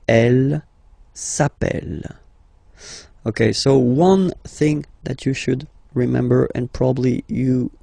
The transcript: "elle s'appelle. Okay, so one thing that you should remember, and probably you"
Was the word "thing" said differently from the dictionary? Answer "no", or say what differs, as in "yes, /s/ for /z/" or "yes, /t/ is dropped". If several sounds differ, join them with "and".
no